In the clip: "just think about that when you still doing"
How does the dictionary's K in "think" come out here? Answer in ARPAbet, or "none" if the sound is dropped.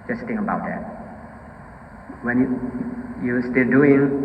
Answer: none